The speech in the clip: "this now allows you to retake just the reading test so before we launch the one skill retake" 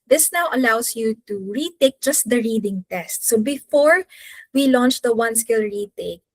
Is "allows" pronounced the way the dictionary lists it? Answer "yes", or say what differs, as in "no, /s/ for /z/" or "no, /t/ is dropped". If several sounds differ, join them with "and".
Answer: no, /s/ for /z/